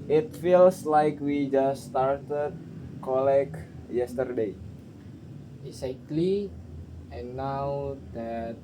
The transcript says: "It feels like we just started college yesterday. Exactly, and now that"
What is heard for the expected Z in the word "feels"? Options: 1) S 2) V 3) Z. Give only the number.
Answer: 1